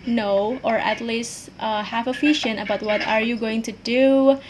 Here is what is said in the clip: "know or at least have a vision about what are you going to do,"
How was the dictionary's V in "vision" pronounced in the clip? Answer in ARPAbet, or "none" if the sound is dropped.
F